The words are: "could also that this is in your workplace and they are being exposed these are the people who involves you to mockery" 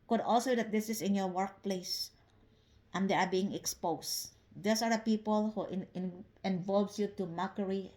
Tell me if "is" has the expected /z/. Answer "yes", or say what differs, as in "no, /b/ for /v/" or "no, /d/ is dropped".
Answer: no, /s/ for /z/